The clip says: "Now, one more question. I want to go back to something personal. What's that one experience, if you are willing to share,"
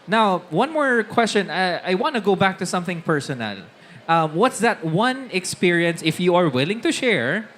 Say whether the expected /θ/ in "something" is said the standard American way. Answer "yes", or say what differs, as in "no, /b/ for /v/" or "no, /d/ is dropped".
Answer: yes